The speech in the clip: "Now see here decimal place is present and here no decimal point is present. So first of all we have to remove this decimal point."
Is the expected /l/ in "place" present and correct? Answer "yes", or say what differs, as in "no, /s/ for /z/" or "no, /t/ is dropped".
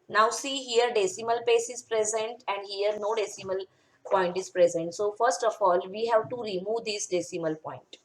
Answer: no, /l/ is dropped